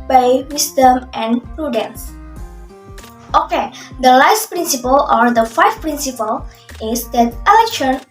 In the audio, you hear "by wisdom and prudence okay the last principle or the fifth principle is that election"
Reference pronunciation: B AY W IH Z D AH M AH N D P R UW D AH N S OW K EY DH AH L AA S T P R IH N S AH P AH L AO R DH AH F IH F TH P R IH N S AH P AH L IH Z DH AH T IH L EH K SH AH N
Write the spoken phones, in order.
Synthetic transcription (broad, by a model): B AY W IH S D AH M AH N P R UW D AH N S OW K EY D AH L AA S T P R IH N S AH P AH L AO R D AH F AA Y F P R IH N S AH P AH L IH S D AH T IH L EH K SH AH N